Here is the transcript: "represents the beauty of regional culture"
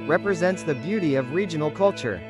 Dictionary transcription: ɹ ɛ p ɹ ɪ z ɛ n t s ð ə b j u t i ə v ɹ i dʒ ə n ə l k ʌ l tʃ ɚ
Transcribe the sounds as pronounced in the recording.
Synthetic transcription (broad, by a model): ɹ ɛ p ɹ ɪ z ɛ n t s ð ə b j u t i ə v ɹ i dʒ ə n l k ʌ l tʃ ɚ